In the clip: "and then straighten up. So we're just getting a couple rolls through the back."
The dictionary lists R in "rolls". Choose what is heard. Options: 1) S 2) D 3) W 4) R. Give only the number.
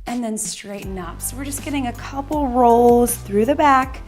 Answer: 4